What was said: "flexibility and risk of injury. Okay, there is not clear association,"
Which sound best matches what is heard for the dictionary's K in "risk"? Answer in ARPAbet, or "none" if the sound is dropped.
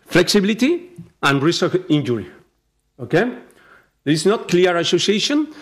none